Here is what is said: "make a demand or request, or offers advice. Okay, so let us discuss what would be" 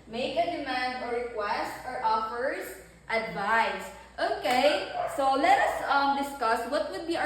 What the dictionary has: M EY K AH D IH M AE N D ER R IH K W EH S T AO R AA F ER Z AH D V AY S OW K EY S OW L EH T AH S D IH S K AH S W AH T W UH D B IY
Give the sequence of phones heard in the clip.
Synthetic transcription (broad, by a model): M EY K AH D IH M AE N D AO R IH K W EH S T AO R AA F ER S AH D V AY S OW K EY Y OW L EH T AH S D IH S K AH S W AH T W UH D B IY